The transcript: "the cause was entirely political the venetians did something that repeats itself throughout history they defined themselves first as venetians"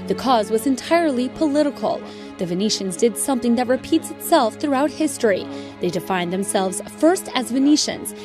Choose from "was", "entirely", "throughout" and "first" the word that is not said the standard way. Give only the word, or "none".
none